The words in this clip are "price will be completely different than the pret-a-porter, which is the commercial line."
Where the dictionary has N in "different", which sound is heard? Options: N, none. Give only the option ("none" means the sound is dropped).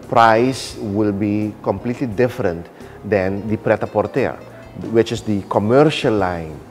N